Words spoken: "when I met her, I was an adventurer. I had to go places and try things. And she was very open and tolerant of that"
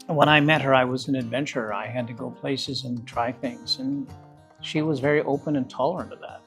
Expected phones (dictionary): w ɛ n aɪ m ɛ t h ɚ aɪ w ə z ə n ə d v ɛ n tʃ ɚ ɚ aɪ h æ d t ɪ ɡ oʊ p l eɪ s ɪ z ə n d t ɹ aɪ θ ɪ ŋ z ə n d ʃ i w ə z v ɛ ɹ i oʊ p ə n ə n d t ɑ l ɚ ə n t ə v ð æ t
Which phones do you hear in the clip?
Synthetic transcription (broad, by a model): w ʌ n aɪ m ɛ t h ɚ aɪ w ə z ə n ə d v ɛ n tʃ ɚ ɚ aɪ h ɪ d t ɪ ɡ oʊ p l eɪ s ɪ z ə n t ɹ aɪ θ ɪ ŋ z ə n ʃ i w ə z v ɛ ɹ i oʊ p ə n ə n t ɑ l ɚ ə n t ə v ð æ t